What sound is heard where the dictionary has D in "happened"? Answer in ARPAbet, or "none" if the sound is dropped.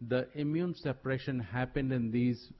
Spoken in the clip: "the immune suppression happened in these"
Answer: D